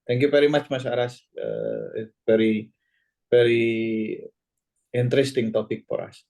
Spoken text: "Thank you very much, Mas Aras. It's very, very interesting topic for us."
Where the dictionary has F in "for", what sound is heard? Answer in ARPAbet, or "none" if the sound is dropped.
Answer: P